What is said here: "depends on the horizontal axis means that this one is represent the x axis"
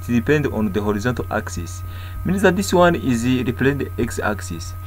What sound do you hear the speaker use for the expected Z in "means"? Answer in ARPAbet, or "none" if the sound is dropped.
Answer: S